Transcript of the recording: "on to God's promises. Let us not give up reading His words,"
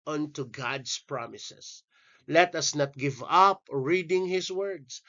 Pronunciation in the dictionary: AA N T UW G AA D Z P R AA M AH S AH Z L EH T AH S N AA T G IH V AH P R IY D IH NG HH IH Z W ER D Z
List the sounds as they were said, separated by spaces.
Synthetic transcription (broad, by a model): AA N T UW G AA D S P R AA M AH S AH S L EH T AH S N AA T G IH V AH P R IY D IH NG HH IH S W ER D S